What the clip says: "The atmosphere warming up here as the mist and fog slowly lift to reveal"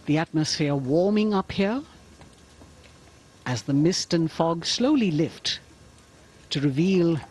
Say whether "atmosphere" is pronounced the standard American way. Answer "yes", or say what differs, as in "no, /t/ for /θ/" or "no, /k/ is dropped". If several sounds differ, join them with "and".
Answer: yes